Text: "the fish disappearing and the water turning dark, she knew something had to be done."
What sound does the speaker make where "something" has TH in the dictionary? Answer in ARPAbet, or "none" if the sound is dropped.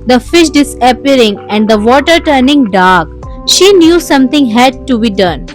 T